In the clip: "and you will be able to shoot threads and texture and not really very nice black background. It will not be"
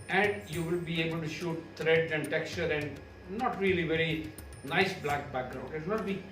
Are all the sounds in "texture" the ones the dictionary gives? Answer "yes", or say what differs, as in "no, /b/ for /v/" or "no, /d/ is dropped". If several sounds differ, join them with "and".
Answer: yes